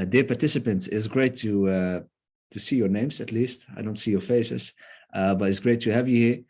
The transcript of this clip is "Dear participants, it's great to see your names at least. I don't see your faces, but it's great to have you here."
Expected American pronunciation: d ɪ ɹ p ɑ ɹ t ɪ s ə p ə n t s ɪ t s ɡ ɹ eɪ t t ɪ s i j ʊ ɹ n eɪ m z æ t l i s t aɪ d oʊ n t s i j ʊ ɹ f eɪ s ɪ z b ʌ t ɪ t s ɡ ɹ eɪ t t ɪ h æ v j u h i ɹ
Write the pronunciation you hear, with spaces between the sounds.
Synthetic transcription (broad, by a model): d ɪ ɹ p ɑ ɹ t ɪ s ə p ə n t s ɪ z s ɡ ɹ eɪ t t ɪ s i j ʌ ɹ n eɪ m z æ t l i s t aɪ d oʊ n t s i j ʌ ɹ f eɪ s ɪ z b ʌ t ɪ t s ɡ ɹ eɪ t t ɪ h æ v j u h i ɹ